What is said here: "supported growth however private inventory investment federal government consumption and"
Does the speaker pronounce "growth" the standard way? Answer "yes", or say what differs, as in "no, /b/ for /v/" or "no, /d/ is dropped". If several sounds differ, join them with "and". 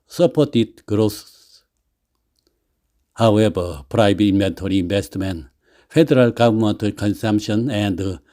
no, /s/ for /θ/